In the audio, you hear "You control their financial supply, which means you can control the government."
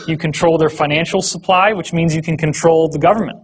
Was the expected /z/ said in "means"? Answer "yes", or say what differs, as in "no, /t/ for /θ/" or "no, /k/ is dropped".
yes